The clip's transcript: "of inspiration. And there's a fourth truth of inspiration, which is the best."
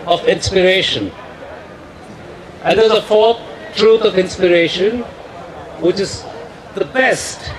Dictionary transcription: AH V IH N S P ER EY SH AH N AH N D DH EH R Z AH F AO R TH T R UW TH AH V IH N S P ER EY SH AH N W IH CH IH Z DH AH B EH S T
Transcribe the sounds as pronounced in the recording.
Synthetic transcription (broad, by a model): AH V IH N S P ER EY SH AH N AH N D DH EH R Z AH F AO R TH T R UW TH AH V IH N S P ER EY SH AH N W IH CH IH Z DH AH B EH S T